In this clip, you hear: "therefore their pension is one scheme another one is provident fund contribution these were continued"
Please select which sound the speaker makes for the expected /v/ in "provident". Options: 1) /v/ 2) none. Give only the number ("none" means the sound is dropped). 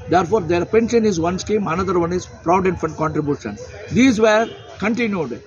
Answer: 2